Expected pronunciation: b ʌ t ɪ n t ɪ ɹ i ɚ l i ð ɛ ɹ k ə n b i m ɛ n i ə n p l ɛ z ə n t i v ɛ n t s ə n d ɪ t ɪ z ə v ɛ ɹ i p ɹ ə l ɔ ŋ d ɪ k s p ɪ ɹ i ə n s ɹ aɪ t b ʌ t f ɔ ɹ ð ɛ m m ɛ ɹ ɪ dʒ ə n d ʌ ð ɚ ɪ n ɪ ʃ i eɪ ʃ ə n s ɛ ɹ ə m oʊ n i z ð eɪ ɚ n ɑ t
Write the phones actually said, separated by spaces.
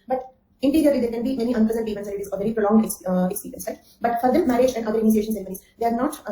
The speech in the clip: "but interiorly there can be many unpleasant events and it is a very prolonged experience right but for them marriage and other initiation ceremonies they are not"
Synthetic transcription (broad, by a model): b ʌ t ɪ n t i ɹ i ɚ l i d ɛ ɹ k ə n b i m ɛ n i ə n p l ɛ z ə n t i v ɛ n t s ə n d ɪ t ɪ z ə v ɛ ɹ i p ɹ ə l ɔ ŋ d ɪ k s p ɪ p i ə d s l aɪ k b ʌ t f ɔ ɹ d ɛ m m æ ɹ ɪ dʒ ə n d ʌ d ɚ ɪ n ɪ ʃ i eɪ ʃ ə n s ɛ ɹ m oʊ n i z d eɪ ɚ n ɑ t